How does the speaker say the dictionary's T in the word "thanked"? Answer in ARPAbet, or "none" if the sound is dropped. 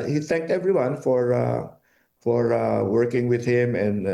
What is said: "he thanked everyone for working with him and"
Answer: T